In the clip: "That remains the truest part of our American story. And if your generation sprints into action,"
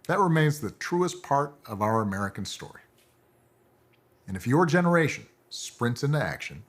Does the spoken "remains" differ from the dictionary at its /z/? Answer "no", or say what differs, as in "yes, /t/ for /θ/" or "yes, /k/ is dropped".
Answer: no